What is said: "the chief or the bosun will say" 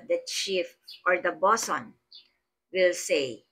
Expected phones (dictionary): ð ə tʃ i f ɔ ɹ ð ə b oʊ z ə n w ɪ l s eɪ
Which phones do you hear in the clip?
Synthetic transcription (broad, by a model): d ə tʃ i f ɔ ɹ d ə b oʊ s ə n w ɪ l s eɪ